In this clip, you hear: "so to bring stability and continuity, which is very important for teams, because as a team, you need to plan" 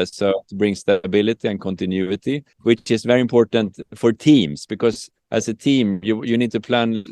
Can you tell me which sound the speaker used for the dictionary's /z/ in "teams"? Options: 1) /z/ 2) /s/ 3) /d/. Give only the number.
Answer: 2